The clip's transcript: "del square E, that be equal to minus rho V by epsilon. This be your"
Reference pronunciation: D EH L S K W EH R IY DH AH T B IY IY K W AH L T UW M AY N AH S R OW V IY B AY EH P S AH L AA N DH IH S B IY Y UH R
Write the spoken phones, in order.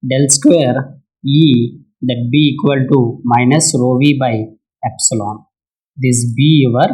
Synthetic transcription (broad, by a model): D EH L S K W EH R IY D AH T B IY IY K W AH L T UW M AY N AH S R OW V IY B AY EH P S AH L AA N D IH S B IY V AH R